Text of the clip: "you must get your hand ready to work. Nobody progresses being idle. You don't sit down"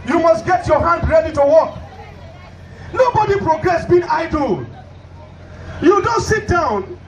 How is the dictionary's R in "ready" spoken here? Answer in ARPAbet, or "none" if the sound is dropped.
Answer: R